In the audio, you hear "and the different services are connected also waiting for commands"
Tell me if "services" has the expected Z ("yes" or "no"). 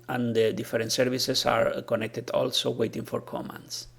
no